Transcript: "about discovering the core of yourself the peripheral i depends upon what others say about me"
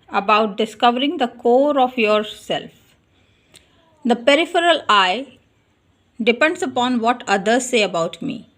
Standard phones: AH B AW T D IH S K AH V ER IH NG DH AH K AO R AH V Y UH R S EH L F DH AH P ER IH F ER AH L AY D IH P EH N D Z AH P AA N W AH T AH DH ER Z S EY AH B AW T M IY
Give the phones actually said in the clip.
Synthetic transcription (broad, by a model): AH B AW T D IH S K AH V ER IH NG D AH K AO R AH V Y UH R S EH L F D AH P ER IH F ER AH L AY D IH P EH N D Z AH P AA N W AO T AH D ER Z S EY AH B AW T M IY